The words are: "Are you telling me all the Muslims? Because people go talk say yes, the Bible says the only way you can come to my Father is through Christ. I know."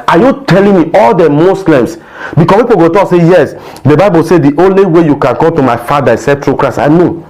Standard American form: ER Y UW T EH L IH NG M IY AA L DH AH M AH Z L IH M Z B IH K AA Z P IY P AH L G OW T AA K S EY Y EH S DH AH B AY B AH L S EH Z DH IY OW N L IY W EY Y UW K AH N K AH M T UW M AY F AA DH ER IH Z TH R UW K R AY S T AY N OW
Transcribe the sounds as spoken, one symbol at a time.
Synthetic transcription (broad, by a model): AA Y UW T EH L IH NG M IY AA L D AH M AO S L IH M S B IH K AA P IY P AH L G OW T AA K S EY Y EH S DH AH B AY B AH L S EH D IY OW N L IY W EY Y UW K AH N K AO M T UW M AY F AA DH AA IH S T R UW K R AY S AY N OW